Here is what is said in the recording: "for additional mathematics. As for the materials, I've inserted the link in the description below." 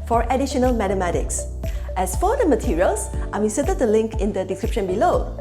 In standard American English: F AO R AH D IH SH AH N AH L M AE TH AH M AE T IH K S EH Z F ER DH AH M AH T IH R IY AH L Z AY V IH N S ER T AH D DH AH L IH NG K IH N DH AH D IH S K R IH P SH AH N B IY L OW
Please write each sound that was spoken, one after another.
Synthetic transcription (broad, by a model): F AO R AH D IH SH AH N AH L M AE T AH M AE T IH K S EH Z F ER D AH M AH T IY R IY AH L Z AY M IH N S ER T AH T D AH L IH NG K IH N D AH D IH S K R IH P SH AH N B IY L OW